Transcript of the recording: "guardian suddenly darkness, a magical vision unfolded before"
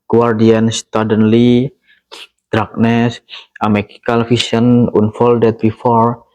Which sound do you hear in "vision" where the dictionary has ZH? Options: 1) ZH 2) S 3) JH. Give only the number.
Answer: 2